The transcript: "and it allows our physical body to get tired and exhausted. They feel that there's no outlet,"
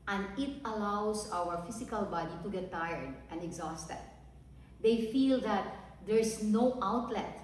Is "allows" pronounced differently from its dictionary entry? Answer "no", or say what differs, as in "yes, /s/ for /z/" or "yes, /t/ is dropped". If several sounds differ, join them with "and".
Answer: yes, /s/ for /z/